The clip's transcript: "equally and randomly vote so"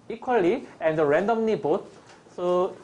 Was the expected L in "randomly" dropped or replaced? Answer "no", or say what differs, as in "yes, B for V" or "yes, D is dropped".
yes, N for L